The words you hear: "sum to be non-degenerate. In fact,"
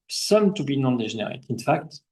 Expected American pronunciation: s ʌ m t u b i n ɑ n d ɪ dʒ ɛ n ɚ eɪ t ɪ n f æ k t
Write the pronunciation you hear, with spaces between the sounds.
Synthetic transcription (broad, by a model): s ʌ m t u b i n ɑ n d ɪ ʒ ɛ n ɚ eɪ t ɪ n f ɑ k t